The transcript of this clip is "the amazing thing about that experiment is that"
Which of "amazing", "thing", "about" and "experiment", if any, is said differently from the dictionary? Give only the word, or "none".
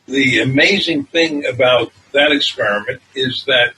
none